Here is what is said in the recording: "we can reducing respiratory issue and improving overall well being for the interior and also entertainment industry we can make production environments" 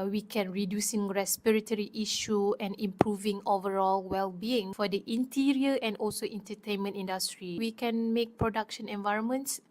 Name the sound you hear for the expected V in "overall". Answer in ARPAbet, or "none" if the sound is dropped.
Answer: V